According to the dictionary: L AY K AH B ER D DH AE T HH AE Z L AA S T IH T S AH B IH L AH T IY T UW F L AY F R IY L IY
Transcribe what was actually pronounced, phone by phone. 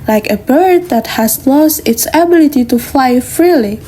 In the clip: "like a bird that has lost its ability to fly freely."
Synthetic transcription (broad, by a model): L AY K AH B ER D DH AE T HH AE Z L AA S T IH T S AH B IH L AH T IY T UW F L AY F R IY L IY